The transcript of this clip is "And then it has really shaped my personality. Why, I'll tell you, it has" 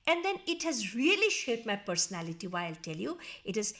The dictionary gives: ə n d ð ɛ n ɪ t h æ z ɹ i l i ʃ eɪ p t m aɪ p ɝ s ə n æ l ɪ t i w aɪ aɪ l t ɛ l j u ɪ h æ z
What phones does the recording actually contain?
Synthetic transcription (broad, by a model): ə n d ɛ n ɪ t h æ z ɹ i l i ʃ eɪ t m aɪ p ɝ s ə n æ l ɪ t i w aɪ aɪ l t ɛ l j u ɪ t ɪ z